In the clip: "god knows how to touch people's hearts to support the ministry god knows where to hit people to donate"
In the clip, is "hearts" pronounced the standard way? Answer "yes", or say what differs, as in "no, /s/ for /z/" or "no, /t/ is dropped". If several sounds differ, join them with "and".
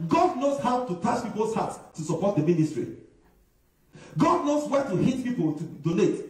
no, /s/ is dropped